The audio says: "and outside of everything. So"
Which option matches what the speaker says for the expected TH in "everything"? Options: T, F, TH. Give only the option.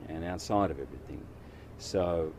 TH